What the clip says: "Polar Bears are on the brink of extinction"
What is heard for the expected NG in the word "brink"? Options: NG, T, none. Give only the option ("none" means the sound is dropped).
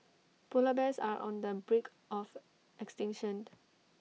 none